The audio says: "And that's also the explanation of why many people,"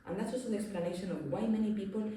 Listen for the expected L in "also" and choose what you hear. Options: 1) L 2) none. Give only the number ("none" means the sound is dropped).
2